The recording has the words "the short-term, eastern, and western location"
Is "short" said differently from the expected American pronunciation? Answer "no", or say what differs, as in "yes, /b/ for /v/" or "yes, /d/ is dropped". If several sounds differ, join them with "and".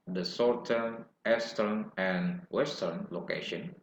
yes, /s/ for /ʃ/